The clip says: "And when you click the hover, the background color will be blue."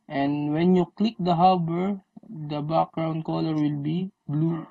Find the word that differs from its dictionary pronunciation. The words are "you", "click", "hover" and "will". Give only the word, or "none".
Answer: hover